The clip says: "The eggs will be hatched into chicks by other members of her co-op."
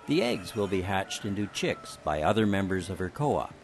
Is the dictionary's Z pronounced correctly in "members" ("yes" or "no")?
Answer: yes